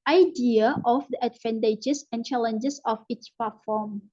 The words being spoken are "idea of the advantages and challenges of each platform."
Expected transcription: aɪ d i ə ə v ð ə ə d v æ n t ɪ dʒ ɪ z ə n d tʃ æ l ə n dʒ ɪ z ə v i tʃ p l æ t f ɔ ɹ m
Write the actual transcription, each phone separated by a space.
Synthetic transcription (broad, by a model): aɪ d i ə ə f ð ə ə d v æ n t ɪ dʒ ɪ s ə n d tʃ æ l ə n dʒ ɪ s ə f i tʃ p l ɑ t f ɔ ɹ m